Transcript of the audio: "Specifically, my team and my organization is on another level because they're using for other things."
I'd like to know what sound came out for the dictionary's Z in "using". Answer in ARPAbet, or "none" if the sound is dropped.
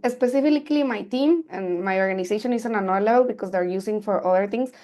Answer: S